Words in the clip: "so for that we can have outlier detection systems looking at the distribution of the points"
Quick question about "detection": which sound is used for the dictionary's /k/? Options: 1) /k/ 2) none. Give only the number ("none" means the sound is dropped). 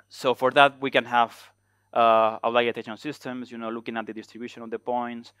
2